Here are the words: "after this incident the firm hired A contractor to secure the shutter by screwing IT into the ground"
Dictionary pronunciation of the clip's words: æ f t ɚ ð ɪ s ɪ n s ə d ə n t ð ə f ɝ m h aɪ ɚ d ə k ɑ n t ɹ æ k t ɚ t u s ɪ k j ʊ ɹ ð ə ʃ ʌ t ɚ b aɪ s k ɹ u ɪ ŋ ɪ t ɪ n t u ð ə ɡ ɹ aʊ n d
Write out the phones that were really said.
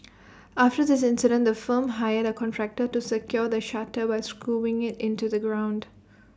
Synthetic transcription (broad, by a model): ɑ f t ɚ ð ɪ s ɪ n s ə d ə n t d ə f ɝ m h aɪ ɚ d ə k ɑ n t ɹ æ k t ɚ t u s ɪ k j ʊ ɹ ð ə ʃ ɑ t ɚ b aɪ s k u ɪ ŋ ɪ t ɪ n t u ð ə ɡ ɹ aʊ n d